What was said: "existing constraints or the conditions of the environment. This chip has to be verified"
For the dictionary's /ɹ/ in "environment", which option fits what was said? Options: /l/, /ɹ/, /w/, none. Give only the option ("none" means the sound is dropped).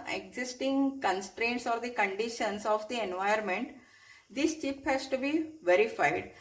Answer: none